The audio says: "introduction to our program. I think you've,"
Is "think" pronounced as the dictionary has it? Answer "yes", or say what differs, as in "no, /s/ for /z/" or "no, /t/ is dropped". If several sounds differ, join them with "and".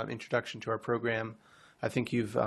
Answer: yes